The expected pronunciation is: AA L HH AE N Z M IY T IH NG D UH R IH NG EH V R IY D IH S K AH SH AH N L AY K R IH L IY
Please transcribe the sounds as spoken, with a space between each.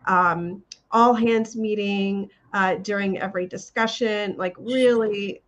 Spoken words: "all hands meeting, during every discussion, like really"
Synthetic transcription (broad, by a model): AA L HH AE N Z M IY T IH NG D UH R IH NG EH V R IY D IH S K AH SH AH N L AY K R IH L IY